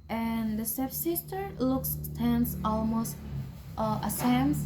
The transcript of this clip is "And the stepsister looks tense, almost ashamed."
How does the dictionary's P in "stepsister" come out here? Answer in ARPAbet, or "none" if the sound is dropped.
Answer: F